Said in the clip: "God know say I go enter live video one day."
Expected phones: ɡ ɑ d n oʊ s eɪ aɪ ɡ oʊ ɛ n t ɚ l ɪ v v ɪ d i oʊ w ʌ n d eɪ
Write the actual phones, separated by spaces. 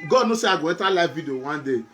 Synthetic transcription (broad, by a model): ɡ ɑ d n oʊ s eɪ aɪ ɡ oʊ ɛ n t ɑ l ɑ f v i d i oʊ w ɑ n d eɪ